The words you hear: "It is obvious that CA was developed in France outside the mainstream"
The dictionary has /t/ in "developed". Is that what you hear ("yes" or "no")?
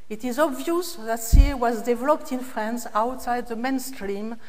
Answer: yes